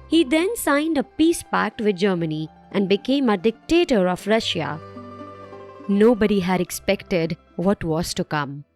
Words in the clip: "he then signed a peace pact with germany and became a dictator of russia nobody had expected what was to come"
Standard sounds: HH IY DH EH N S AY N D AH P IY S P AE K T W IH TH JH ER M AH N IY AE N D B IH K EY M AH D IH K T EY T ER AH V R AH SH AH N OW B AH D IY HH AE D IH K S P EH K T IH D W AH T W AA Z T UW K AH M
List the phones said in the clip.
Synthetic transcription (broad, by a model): HH IY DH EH N S AY N D AH P IY S P AE K T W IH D JH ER M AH N IY AE N D B IH K EY M AH D IH K T EY T ER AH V R AH SH AH N OW B AH D IY HH AE D IH K S P EH K T IH D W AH T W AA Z T UW K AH M